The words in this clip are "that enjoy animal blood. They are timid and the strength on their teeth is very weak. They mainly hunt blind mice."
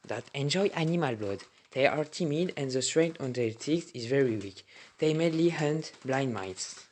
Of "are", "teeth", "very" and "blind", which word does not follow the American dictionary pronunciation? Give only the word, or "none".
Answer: teeth